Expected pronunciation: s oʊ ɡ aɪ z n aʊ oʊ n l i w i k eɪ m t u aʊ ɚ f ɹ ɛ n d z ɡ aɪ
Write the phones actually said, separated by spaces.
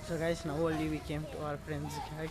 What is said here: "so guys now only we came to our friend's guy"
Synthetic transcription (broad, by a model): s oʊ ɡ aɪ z n aʊ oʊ l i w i k eɪ m t u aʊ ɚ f ɹ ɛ n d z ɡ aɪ